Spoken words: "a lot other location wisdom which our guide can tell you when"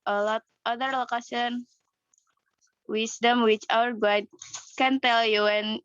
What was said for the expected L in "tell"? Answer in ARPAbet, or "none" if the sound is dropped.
L